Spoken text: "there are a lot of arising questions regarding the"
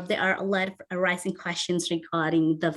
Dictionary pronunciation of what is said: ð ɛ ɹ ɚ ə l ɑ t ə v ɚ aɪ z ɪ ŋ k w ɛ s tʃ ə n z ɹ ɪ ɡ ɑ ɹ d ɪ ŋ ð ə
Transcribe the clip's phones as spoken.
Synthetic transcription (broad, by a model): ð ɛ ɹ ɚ ə l ɑ t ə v ɚ aɪ z ɪ ŋ k w ɛ s tʃ ə n z ɹ ɪ ɡ ɑ ɹ d ɪ ŋ ð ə